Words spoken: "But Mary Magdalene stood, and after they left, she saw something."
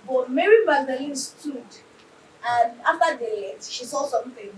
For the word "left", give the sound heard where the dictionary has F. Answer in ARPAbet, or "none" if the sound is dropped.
none